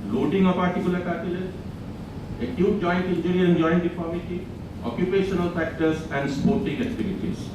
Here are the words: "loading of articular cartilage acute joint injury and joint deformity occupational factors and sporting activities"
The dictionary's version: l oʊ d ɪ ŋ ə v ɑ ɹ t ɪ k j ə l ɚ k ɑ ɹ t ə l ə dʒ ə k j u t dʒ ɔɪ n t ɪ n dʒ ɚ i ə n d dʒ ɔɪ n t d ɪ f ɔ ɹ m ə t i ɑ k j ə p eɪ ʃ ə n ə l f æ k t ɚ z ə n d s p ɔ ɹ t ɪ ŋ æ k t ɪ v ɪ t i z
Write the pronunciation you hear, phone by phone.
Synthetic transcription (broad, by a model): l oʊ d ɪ ŋ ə p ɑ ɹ t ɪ k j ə l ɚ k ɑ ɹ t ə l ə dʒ ə k j u t dʒ ɔɪ n t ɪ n dʒ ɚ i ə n dʒ ɔɪ n t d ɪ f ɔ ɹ m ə t i ɑ k j ə p eɪ ʃ ə n ə l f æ k t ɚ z ə n d s p ɔ ɹ t ɪ ŋ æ k t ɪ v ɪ t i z